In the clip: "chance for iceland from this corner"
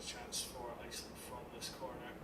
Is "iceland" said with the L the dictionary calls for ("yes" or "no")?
no